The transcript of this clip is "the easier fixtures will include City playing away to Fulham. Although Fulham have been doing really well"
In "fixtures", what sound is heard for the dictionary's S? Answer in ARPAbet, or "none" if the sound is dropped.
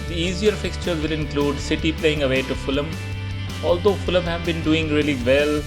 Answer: S